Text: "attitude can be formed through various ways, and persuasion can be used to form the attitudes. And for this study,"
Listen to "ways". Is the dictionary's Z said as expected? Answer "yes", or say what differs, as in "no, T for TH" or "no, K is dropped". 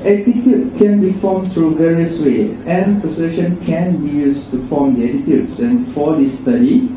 no, Z is dropped